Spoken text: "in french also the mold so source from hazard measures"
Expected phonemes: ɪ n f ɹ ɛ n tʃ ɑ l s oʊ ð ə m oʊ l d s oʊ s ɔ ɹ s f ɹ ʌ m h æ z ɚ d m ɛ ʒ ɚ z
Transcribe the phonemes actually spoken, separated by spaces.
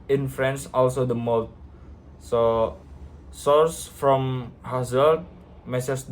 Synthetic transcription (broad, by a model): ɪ n f ɹ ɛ n s ɑ l s oʊ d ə m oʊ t s oʊ s ɔ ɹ s f ɹ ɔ m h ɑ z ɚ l m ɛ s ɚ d